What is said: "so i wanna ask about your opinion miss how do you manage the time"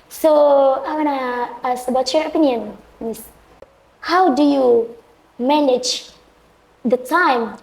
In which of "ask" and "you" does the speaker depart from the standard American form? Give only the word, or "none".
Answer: ask